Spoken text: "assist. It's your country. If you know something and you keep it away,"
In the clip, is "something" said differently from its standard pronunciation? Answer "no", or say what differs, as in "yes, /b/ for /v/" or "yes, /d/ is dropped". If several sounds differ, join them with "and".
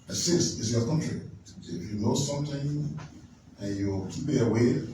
yes, /t/ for /θ/